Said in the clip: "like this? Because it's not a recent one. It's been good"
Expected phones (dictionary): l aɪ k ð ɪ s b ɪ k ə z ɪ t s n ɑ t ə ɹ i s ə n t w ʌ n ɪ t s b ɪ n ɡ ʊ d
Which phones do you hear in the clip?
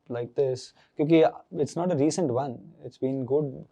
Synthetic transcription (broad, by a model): l aɪ k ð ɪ s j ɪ k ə ɪ t s n ɑ t ə ɹ i s ə n t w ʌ n ɪ t s b ɪ n ɡ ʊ d